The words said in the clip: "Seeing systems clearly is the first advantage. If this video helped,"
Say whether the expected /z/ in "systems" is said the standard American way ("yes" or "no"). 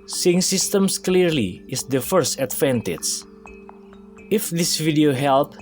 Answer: no